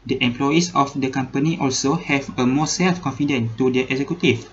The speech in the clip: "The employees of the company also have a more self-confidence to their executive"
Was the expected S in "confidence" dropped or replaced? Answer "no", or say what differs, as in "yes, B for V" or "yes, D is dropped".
yes, S is dropped